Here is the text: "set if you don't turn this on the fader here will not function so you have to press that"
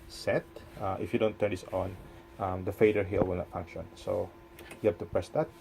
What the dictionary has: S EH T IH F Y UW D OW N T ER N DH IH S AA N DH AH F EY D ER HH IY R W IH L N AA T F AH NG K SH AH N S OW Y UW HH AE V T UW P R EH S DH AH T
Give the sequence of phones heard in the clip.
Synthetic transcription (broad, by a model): S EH T IH F Y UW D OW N T ER N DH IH S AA N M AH F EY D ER HH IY L W IH L N AA T F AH NG K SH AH N S OW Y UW HH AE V T UW P R EH S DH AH T